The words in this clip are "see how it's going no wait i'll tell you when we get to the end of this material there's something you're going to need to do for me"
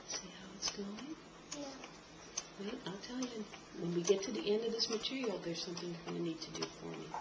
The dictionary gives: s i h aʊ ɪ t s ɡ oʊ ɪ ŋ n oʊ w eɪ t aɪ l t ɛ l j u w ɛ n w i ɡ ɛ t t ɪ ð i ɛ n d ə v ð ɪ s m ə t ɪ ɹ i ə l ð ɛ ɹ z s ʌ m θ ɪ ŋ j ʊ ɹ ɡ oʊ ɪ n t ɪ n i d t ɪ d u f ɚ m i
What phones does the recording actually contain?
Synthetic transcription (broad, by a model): s i h aʊ ɪ t s ɡ oʊ ɪ ŋ w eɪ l aɪ l t ɛ l j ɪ w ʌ n w i ɡ ɛ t t ɪ ð i ɛ n d ə v ð ɪ s m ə t ɪ ɹ i l ð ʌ ɹ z s ʌ m θ ɪ ŋ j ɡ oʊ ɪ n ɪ n i d t ɪ d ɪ f ɚ m i